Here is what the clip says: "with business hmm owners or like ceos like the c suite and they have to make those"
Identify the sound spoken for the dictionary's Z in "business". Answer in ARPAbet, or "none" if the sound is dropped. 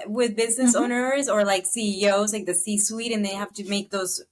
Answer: Z